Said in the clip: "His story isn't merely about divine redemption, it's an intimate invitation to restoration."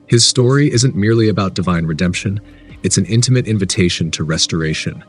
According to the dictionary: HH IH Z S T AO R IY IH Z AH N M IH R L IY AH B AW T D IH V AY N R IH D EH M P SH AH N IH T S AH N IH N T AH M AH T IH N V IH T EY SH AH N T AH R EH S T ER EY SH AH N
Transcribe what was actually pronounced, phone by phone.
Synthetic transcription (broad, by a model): HH IH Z S T AO R IY IH Z AH N M IH R L IY AH B AW T D IH V AY N R IH D EH M P SH AH N IH T S N IH N T AH M AH T IH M V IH T EY SH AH N T AH R EH S T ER EY SH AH N